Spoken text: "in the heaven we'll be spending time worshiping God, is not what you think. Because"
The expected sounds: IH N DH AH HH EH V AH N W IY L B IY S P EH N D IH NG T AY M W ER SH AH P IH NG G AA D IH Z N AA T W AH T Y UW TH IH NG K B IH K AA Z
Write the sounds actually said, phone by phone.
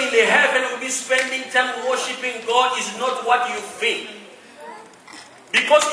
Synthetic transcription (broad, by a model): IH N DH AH HH EH V AH N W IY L B IY S P EH N D IH NG T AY M W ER SH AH P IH NG G AA D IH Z N AA T W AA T Y UW F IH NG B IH K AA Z